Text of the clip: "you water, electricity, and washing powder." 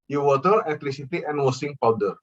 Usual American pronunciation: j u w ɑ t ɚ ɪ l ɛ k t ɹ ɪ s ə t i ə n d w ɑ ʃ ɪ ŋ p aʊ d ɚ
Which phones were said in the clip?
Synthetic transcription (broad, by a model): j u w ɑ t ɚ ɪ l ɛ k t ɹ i s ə t i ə n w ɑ s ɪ ŋ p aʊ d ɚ